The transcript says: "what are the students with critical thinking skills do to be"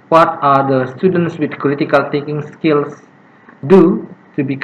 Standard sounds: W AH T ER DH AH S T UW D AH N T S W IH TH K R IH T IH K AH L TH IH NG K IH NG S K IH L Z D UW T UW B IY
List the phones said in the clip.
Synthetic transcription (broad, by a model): W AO T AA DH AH S T UW D AH N T S W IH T K R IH T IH K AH L T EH K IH NG S K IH L S D UW T UW B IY